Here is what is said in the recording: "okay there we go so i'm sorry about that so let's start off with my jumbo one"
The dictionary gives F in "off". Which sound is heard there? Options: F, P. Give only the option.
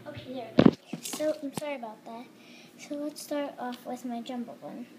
F